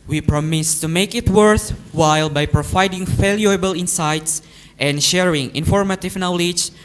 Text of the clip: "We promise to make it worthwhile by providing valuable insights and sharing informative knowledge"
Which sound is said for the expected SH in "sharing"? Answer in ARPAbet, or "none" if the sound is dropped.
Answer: SH